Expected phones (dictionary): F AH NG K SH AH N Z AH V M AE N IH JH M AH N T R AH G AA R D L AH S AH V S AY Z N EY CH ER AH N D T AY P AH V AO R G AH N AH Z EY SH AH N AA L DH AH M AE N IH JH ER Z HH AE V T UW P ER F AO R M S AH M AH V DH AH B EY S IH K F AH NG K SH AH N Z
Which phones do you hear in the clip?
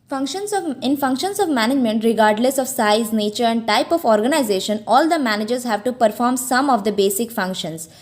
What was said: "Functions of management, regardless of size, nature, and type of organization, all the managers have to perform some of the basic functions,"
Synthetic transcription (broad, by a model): F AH NG K SH AH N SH AH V M AE N IH JH M AH N T R AH G AA R D L AH S AH V S AY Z N EY CH ER AH N D T AY P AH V AO R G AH N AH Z EY SH AH N AA L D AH M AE N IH JH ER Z HH AE V T UW P ER F AO R M S AH M AH V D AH B EY S IH K F AH NG K SH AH N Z